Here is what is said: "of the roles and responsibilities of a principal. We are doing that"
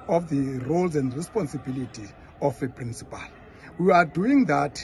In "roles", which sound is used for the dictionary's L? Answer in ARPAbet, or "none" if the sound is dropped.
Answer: L